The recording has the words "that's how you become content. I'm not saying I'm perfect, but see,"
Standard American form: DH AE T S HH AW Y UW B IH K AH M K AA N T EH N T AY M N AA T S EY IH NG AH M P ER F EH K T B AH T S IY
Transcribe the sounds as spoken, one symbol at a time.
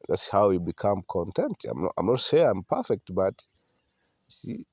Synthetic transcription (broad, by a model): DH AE T S HH AW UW B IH K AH M K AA N T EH N T AY M N AA T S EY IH AH M P ER F EH K T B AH T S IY